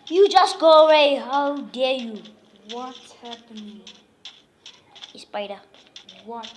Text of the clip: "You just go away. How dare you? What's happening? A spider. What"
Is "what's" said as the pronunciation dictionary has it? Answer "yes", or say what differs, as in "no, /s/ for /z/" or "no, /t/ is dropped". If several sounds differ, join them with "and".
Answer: no, /s/ is dropped